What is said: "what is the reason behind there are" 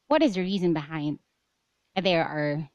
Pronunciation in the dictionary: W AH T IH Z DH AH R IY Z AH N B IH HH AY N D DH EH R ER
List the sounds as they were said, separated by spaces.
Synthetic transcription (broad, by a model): W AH T IH Z DH AH R IY Z AH N B IH HH AY N D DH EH R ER